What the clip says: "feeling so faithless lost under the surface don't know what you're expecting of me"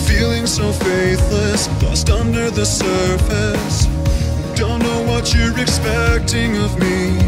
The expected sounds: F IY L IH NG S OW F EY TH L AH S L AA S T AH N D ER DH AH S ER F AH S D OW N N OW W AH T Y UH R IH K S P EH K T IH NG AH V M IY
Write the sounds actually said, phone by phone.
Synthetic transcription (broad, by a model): F IY L IH NG S OW F EY TH L AH S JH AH S T AH N D ER DH AH S ER F AH S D OW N N OW W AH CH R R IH S P EH K T IH NG AH V M IY